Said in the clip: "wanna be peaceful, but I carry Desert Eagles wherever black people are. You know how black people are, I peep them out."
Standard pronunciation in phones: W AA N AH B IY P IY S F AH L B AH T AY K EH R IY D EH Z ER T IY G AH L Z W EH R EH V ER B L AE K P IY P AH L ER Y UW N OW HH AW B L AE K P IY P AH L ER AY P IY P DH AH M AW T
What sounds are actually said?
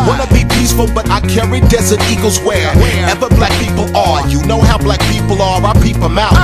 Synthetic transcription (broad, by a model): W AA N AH B IY P IY S F AH L B AH T AY K EH R IY D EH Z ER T IY G AH L Z W EH R EH V ER B L AE K P IY P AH L ER Y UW N OW HH AW B L AE K P IY P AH L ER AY P IY P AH M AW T